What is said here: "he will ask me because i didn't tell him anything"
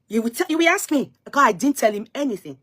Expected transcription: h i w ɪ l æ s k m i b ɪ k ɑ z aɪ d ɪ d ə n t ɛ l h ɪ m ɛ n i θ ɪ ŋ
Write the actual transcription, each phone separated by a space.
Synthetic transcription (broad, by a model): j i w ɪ w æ s k m i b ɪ k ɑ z aɪ d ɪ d n t ɛ l h ɪ m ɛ n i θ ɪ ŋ